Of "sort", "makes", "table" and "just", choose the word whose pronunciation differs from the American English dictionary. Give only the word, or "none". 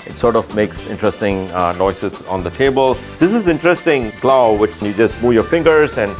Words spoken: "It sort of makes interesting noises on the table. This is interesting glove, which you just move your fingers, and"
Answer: none